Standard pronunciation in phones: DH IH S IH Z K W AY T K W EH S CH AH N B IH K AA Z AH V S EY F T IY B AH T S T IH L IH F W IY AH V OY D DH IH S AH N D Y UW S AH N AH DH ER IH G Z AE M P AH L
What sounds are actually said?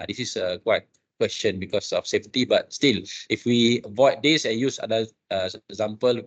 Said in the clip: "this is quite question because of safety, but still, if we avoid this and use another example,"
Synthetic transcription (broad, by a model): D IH S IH S K W AY T K W EH S CH AH N B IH K AA S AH F S EY F T IY B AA T S T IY L IH F W IY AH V OY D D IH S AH N Y UW S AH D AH ER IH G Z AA M P AH L